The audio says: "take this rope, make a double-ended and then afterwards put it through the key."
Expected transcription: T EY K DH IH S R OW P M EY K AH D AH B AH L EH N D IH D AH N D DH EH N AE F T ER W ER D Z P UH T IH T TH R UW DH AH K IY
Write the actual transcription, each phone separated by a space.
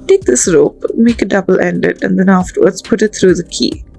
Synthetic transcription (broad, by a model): T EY K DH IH S R OW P M EY K AH D AH B AH L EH N D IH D AH N D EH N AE F T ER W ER D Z P UH T IH T T R UW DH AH K IY